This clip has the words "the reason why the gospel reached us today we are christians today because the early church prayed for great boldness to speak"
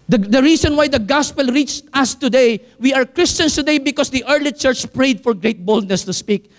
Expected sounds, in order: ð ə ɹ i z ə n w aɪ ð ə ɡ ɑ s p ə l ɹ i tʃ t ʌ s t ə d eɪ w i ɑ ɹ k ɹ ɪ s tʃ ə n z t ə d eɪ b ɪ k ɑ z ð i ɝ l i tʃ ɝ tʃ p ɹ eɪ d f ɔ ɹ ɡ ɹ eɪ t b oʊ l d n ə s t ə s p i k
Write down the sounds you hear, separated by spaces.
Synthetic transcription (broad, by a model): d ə ɹ i s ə n w aɪ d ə ɡ ɑ s p ə l ɹ i tʃ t ʌ s t ə d eɪ w i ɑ ɹ k ɹ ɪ s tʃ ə n s t ə d eɪ b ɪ k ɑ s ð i ɝ l i tʃ ɝ tʃ p ɹ eɪ d f ɔ ɹ ɡ ɹ eɪ t b oʊ l d n ə s t ə s p i k